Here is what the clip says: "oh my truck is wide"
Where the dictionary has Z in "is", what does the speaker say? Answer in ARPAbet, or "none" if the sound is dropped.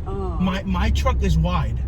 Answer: Z